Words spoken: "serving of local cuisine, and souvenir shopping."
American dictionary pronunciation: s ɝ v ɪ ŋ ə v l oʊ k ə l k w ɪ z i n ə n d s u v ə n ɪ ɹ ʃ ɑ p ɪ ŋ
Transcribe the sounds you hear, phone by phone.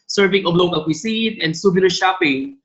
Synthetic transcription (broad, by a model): s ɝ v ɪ ŋ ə b l oʊ k ə l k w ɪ s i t ə n d s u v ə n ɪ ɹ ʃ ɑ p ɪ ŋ